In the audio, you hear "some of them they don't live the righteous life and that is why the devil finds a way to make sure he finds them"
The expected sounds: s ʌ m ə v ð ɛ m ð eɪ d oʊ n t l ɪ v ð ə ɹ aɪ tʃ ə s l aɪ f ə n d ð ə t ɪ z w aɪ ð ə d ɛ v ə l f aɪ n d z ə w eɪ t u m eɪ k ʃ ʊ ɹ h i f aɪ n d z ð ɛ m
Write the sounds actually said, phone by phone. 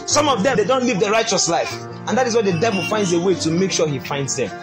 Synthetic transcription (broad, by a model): s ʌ m ə v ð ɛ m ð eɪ d oʊ n t l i v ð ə ɹ aɪ tʃ ə s l aɪ f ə n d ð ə t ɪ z w aɪ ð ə d ɛ v ə l f aɪ n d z ə w eɪ t u m eɪ k ʃ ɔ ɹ h i f aɪ n d z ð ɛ m